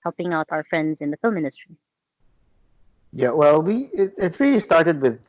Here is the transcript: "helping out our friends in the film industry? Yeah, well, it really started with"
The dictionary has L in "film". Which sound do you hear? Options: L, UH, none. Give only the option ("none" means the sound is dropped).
L